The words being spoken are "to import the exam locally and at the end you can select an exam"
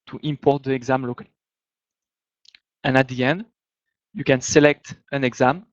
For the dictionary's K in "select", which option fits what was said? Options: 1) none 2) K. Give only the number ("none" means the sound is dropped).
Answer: 2